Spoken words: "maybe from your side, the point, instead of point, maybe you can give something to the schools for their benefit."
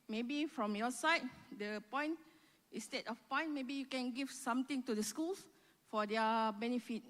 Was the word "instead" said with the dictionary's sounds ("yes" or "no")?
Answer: no